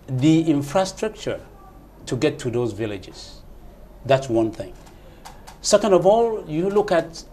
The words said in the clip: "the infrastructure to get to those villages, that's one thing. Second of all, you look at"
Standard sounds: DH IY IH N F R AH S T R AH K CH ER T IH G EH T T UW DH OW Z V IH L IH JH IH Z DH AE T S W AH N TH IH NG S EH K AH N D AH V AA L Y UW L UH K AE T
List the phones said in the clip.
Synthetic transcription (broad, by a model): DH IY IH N F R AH S T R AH K CH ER T IH G EH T T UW DH OW Z V IH L IH JH IH Z DH AE T S W AH N TH IH NG S EH K AH N D AH V AA L Y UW L UH K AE T